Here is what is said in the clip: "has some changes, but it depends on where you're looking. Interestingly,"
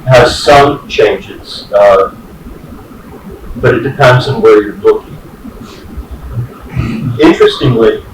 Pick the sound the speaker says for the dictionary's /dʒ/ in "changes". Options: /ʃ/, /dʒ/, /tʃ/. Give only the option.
/dʒ/